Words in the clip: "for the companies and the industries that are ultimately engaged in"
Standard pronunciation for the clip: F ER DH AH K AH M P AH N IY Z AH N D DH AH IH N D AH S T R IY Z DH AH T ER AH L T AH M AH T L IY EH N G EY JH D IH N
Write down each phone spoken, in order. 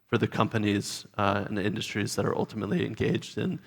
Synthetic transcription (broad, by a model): F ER DH AH K AH M P AH N IY Z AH N IH N D AH S T R IY Z DH AH T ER AH L T AH M AH T L IY EH N G EY JH D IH N